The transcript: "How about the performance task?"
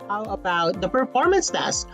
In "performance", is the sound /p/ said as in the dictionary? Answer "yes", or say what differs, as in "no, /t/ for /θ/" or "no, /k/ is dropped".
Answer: yes